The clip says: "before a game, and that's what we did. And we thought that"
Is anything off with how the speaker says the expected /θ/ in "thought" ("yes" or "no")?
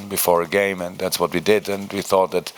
no